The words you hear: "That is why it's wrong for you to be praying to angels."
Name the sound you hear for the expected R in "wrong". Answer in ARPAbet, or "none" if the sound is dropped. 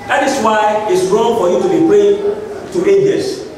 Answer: R